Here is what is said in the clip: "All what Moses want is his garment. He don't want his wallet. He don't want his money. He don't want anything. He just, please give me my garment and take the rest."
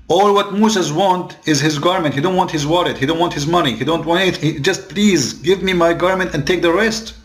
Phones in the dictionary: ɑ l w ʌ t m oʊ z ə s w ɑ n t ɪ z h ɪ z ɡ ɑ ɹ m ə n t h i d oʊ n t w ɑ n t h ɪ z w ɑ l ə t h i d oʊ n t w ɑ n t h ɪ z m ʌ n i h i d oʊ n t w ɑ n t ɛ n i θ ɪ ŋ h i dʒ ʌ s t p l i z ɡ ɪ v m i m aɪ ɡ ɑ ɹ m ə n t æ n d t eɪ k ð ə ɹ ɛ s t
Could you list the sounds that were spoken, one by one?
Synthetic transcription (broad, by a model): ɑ l w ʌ t m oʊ s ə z w ɑ n t ɪ z h ɪ z ɡ ɑ ɹ m ə n t h i d oʊ n t w ɑ n t h ɪ z w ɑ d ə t h i d oʊ n t w ɑ n t h ɪ z m ʌ n i h i d oʊ n t w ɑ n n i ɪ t h i dʒ ʌ s t p l i z ɡ ɪ v m i m aɪ ɡ ɑ ɹ m ə n t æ n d t eɪ k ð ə ɹ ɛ s t